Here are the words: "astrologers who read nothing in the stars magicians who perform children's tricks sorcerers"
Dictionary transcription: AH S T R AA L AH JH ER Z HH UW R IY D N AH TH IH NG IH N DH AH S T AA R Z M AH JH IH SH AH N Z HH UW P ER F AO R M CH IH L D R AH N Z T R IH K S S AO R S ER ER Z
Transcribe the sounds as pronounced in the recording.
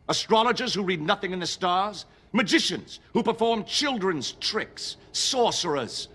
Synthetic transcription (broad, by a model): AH S T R AA L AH JH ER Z HH UW R IY D N AH TH IH NG IH N DH AH S T AA R Z M AH JH IH SH AH N Z HH UW P ER F AO R M CH IH L D R AH N Z T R IH K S S AO R S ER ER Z